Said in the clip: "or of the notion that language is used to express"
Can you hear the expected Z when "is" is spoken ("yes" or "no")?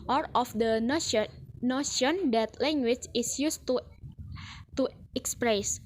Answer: no